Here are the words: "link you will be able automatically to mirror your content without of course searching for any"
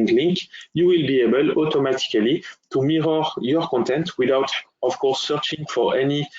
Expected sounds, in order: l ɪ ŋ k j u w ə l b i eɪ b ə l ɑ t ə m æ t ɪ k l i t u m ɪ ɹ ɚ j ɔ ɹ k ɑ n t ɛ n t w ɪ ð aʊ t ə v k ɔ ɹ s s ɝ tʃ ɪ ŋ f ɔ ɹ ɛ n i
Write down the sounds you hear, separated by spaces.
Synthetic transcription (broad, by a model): l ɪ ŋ k j u w ə l b i eɪ b ə l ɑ t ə m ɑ t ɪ k l i t u m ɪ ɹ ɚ j ɔ ɹ k ɑ n t ɛ n t w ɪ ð aʊ t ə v k ɔ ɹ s s ɝ tʃ ɪ ŋ f ɔ ɹ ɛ n i